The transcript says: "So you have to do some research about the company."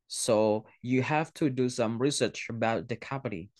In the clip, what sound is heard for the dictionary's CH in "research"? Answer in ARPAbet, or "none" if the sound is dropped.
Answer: CH